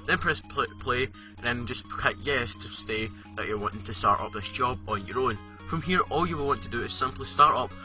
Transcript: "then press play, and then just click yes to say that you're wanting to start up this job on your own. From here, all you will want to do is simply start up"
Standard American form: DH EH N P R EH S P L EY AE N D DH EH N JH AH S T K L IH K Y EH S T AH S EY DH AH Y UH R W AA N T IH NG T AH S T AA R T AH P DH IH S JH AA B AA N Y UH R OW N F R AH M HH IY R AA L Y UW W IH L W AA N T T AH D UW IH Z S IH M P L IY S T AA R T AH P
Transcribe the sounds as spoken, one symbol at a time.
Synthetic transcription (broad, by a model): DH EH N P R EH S P L EY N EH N JH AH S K AA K Y EH S T AH S EY DH AH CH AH R W AA N T IH NG T AH S T AA R T AH P DH IH S JH AA B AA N Y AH R OW N F R AH M HH IY R AA L Y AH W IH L W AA N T T AH D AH IH Z S IH M P L IY S T AA R T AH P